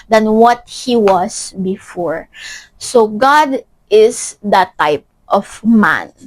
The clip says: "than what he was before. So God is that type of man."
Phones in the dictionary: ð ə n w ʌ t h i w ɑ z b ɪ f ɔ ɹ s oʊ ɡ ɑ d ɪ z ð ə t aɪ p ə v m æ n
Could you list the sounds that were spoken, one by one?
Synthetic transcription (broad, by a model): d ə n w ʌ t h i w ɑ s b ɪ f ɔ ɹ s oʊ ɡ ɑ d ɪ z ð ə t aɪ p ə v m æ n